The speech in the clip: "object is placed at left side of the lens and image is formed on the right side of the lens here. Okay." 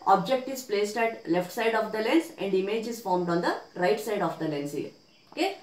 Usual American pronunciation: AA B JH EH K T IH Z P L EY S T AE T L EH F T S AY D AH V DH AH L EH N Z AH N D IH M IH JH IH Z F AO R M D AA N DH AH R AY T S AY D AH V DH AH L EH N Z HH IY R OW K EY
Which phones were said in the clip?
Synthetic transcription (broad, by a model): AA B JH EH K T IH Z P L EY S T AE T L EH F T S AY D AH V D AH L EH N S AH N D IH M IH JH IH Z F AO R M D AA N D AH R AY T S AY D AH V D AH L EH N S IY OW K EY